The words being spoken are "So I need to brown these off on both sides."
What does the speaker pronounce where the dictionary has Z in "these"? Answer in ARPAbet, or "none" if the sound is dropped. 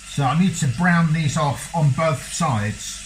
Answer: Z